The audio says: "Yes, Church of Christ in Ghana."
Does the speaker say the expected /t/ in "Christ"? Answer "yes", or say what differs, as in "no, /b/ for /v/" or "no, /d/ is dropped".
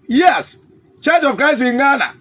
no, /t/ is dropped